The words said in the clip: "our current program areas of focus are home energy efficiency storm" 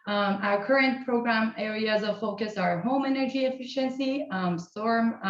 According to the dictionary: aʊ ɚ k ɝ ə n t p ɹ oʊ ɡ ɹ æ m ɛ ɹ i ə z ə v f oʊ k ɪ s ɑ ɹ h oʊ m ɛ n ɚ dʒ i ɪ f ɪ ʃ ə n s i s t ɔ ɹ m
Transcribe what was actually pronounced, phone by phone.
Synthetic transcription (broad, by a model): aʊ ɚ k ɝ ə n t p ɹ oʊ ɡ ɹ æ m ɛ ɹ i ə z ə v f oʊ k ɪ s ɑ ɹ h oʊ m ɛ n ɚ dʒ i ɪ f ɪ ʃ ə n s i s t ɔ ɹ m